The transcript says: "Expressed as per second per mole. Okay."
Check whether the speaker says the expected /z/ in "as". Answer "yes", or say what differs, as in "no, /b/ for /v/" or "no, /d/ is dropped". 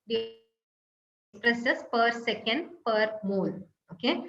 no, /s/ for /z/